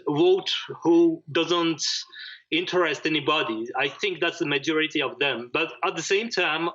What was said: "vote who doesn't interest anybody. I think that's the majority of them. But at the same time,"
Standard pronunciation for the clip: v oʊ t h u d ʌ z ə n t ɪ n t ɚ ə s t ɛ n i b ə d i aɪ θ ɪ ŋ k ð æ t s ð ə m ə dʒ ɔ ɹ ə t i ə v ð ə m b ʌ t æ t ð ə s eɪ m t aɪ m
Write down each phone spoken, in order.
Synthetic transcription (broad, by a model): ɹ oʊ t h u d ʌ z ə n t ɪ n t ɚ ə s t ɛ n i b ə d i aɪ θ ɪ ŋ k ð æ t s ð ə m ə dʒ ɔ ɹ ə t i ə v ð ə m b ʌ t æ t ð ə s eɪ m t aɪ m